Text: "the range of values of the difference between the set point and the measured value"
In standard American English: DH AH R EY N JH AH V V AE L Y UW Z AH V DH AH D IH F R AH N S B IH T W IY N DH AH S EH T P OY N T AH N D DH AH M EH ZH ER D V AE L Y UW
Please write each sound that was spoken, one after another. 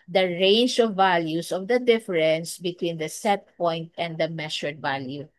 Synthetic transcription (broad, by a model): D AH R EY N JH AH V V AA L Y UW S AH V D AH D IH F R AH N S B IH T W IY N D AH S EH T P OY N T AH N D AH M EH SH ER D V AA L Y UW